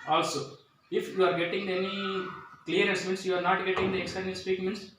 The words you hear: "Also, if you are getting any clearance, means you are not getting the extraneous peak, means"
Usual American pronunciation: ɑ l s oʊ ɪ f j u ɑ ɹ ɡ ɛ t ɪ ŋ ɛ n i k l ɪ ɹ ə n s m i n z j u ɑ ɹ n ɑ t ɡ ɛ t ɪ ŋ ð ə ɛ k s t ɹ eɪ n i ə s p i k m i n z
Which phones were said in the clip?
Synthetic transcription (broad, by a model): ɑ l s oʊ ɪ f j u ɑ ɹ ɡ ɛ t ɪ ŋ ɛ n i k l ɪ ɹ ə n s m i n s j u ɑ ɹ n ɑ t ɡ ɛ t ɪ ŋ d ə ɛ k s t eɪ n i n s p i k m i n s